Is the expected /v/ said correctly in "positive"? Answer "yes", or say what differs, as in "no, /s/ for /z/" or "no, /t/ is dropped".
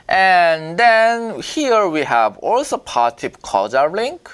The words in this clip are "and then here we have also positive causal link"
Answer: no, /p/ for /v/